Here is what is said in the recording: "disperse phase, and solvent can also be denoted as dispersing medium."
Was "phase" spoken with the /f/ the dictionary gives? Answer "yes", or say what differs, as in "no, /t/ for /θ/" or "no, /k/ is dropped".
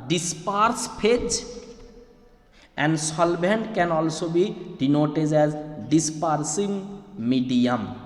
no, /p/ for /f/